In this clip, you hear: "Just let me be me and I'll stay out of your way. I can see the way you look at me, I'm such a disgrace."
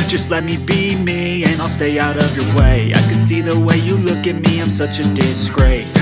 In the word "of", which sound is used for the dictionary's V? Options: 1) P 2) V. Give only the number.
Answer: 2